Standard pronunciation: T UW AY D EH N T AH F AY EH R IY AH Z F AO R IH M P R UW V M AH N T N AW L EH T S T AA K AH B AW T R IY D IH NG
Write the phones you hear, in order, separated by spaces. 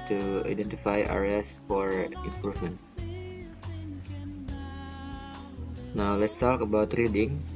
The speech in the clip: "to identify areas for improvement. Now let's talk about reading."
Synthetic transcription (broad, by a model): T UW AY D EH N T AH F AY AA R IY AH S F AO R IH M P UW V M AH N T N AW L EH T S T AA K AH B AW T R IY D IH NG